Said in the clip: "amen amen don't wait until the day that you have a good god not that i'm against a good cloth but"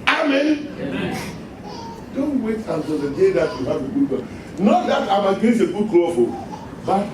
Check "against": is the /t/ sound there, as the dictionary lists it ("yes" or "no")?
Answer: no